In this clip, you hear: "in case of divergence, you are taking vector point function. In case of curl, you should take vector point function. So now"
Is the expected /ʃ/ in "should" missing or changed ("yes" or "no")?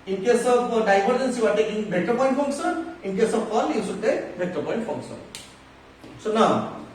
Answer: yes